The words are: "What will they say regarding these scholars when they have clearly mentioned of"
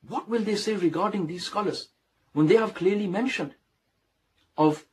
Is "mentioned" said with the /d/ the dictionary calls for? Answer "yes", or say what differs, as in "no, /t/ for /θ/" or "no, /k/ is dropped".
yes